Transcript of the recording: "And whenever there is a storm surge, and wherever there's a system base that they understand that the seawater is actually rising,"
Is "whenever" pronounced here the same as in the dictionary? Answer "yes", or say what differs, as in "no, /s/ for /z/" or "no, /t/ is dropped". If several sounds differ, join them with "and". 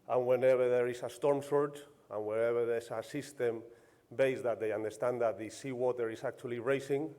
no, /b/ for /v/